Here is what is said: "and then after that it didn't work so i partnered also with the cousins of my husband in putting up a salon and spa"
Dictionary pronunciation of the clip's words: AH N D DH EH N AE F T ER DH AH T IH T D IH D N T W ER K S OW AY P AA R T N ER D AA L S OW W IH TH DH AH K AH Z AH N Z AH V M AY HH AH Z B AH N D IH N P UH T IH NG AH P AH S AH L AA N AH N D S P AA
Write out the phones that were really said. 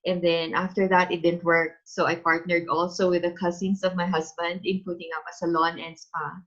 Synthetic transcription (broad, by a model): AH N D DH EH N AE F T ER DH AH T IH T D IH D N T W ER K S OW AY P AA R T N ER D AA L S OW W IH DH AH K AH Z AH N S AH V M AY HH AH S B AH N D IH N P UH T IH NG AH P AH S AH L AA N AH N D S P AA